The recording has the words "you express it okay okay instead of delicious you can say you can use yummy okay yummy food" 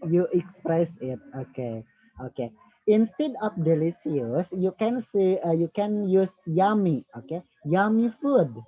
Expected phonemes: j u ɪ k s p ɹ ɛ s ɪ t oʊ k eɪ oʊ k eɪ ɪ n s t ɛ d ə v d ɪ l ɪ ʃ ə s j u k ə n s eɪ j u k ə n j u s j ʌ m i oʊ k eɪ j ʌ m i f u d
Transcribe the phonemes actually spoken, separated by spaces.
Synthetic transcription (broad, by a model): j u ɪ k s p ɹ ɛ s ɪ t oʊ k eɪ oʊ k eɪ ɪ n s t ɛ d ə f d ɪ l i s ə s j u k ə n s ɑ j u k ə n j u s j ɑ m i oʊ k eɪ j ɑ m i f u d